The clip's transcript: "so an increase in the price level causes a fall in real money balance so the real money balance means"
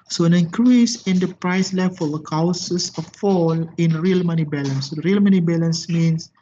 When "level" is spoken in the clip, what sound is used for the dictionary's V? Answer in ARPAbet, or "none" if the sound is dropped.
F